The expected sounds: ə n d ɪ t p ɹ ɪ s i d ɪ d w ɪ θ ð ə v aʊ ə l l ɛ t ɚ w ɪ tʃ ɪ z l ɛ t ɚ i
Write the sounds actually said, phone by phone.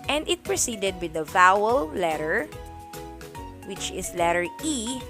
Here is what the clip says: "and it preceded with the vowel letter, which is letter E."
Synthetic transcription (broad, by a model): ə n d ɪ t p ɹ ɪ s i d ɪ d w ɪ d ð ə v aʊ ə l l ɛ t ɚ w ɪ tʃ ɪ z l ɛ t ɚ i